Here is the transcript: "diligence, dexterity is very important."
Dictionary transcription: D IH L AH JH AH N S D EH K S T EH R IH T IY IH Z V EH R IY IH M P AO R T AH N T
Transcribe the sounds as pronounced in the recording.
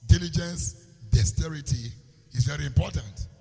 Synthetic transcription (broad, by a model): D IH L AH JH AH N S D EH S T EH R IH T IY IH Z V EH R IY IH M P AO T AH N T